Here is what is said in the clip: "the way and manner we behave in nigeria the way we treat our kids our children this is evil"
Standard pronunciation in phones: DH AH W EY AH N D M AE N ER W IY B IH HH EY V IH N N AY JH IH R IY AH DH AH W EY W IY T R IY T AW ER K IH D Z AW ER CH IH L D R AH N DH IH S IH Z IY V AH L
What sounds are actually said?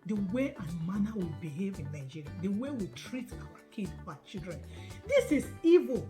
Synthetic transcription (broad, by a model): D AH W EY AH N M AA N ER W IY B IH HH EY V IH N N AY JH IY R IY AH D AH W EY W IY T R IY T AW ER K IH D AW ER CH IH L D R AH N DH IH S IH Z IY V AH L